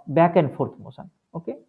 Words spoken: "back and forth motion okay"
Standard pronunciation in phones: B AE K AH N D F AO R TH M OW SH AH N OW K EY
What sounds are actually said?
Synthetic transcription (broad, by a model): B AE K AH N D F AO R T M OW S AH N OW K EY